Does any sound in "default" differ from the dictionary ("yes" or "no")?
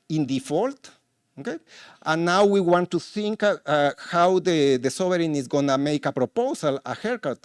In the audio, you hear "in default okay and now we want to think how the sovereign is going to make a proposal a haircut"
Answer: no